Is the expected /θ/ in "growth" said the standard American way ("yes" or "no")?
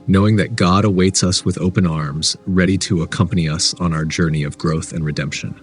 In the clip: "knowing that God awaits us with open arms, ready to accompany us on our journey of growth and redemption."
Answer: yes